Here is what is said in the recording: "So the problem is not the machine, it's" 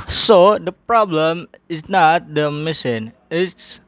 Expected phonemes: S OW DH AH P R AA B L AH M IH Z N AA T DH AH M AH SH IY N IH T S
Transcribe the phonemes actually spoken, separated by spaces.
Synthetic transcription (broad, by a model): S OW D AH P R AA B L AH M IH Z N AA T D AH M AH S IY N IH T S